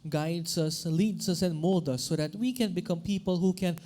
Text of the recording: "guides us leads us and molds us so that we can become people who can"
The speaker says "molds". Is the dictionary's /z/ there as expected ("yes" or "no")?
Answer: no